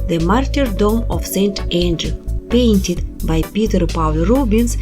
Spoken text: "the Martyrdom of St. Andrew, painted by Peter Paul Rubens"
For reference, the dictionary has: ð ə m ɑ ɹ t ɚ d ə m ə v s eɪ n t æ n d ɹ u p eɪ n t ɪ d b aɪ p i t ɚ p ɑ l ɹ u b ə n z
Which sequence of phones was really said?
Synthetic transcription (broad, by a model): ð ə m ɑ ɹ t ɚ d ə m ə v s eɪ n t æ n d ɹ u p eɪ n t ɪ d b aɪ p i t ɚ p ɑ l ɹ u b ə n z